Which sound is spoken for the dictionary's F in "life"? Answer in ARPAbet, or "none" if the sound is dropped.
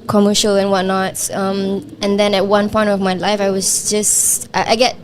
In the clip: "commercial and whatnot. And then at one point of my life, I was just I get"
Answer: F